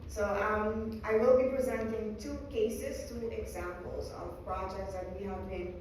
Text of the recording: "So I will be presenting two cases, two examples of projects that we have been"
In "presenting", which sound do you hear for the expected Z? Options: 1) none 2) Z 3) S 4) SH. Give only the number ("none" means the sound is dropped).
2